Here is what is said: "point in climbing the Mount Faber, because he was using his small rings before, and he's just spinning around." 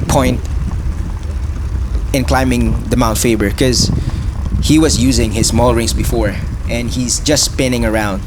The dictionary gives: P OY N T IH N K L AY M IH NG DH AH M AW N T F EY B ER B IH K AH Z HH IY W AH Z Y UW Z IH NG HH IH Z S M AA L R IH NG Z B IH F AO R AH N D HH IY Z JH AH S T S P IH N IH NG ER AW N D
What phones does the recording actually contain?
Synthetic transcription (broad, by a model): P OY N T IH N K L AY M IH NG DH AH M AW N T F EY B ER K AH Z HH IY W AH Z Y UW Z IH NG HH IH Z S M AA L R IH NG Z B IH F AO R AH N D HH IY Z JH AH S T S P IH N IH NG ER AW N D